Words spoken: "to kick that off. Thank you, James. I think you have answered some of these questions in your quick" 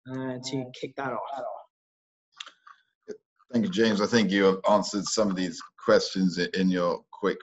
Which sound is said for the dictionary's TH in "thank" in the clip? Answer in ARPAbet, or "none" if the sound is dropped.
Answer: TH